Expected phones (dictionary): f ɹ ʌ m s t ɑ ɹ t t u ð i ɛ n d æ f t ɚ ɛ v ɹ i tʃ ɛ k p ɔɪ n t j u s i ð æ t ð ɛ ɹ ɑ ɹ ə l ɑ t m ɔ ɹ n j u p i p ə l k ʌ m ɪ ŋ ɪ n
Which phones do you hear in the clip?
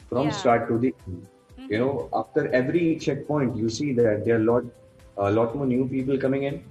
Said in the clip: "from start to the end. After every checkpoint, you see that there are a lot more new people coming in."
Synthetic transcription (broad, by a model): f ɹ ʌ m s t ɑ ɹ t t u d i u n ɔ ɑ f t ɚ ɛ v ɹ i tʃ ɛ k p ɔɪ n t j u s i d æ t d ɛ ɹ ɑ l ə l ɑ t m ɔ ɹ n j u p i p ə l k ʌ m ɪ ŋ ɪ n